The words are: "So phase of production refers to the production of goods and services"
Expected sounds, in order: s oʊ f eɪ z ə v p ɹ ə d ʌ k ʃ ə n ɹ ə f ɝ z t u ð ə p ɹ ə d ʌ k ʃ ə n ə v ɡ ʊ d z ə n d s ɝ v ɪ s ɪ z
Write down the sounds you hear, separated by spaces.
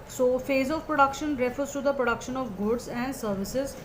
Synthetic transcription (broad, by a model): s oʊ f eɪ z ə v p ɹ ə d ʌ k ʃ ə n ɹ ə f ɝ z t u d ə p ɹ ə d ʌ k ʃ ə n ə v ɡ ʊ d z ə n d s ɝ v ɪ s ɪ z